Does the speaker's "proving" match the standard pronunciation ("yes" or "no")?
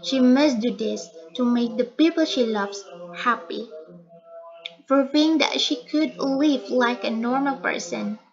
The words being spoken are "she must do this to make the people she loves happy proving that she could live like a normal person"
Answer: no